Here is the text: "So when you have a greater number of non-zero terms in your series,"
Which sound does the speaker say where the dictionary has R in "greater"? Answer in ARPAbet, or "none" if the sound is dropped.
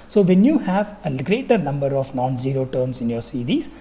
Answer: R